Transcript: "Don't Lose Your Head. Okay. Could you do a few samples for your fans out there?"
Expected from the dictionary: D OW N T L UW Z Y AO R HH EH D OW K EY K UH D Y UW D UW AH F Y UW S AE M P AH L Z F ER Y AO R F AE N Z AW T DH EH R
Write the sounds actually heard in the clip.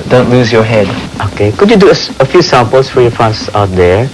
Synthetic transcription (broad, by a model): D OW N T L UW Z Y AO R HH EH D OW K EY K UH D Y UW D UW AH F Y UW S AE M P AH L S F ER Y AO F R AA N S AW T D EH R